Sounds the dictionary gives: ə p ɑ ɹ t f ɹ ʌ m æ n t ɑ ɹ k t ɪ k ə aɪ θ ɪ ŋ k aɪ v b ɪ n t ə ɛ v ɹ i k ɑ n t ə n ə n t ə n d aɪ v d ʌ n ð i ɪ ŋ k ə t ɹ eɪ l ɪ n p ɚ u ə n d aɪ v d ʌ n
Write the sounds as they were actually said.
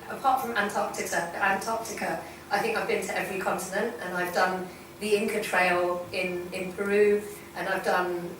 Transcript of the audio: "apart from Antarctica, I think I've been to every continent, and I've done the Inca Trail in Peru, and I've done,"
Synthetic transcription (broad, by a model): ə p ɑ t f ɹ ʌ m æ n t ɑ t k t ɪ k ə aɪ θ ɪ ŋ k aɪ v b ɪ n t ə ɛ v ɹ i k ɑ n t ə n ə n t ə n aɪ v d ʌ n ð i ɪ ŋ k ə t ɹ eɪ l ɪ n p ɚ u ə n aɪ v d ʌ n